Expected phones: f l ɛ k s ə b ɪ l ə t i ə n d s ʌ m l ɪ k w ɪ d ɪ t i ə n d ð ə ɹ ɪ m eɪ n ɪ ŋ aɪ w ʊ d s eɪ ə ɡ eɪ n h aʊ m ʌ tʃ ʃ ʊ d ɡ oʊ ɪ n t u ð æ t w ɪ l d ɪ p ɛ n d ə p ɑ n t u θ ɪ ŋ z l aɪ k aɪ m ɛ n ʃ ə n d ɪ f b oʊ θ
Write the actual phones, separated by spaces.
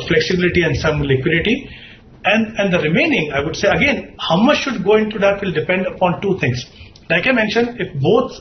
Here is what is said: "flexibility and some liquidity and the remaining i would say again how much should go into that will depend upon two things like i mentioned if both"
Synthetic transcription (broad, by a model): f l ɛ k s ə b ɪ l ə t i ə n d s ʌ m l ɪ k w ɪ d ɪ t i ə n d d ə ɹ ɪ m eɪ n ɪ ŋ aɪ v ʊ d s eɪ ə ɡ eɪ n h aʊ m ʌ tʃ ʃ ʊ d ɡ oʊ ɪ n t u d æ t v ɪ l d ɪ p ɛ n d ə p ɑ n t u t ɪ ŋ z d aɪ k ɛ m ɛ n ʃ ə n ɪ f b oʊ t